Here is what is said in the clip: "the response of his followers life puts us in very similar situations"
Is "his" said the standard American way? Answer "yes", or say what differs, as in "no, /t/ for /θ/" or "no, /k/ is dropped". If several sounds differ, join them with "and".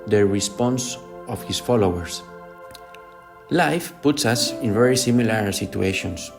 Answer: no, /s/ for /z/